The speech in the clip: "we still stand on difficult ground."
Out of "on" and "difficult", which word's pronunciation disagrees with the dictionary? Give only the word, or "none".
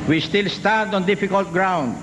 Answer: none